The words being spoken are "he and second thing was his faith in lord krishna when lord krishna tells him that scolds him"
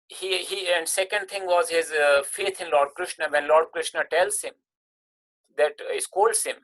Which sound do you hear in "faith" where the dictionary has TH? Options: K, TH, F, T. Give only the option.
T